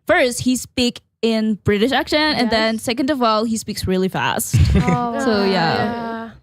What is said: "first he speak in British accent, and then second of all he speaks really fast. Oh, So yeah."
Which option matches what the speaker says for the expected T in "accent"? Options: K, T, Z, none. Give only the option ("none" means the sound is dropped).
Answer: none